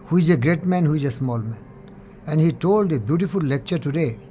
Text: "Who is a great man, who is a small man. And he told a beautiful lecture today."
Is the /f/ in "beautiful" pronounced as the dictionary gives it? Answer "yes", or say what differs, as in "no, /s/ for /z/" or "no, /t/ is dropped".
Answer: yes